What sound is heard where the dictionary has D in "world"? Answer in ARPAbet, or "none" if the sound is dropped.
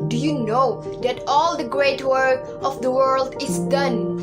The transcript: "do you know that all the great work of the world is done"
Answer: D